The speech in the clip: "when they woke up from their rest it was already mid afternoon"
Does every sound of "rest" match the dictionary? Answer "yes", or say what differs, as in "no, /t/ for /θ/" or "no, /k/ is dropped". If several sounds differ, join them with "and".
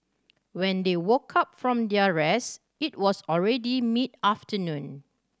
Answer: no, /t/ is dropped